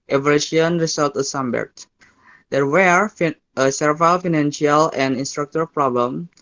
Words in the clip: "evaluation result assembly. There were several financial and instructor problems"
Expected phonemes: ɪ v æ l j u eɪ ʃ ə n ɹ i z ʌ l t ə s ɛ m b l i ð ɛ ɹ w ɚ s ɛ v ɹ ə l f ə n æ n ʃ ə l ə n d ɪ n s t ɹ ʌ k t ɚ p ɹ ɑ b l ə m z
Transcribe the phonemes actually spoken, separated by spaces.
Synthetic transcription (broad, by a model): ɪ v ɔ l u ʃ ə n ɹ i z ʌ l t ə s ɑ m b i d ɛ ɹ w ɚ s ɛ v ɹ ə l f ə n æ n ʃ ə l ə n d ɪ n s t ɹ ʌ k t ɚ p ɹ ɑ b l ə m